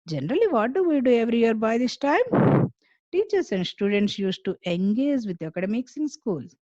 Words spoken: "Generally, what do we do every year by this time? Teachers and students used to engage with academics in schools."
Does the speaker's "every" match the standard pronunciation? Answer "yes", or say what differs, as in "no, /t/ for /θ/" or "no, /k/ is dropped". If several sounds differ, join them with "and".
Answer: yes